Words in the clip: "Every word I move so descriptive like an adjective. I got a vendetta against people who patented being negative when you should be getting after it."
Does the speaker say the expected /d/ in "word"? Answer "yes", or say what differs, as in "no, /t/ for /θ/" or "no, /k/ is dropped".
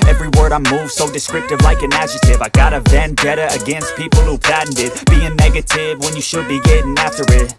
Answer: yes